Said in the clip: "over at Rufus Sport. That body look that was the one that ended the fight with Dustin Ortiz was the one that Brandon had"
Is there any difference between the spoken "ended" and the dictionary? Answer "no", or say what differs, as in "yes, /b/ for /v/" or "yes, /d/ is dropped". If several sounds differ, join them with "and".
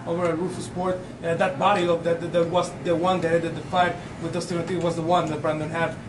yes, /n/ is dropped